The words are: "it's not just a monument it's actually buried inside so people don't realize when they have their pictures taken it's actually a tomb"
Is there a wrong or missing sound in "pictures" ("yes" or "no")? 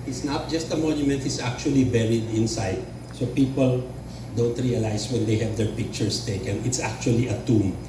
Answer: yes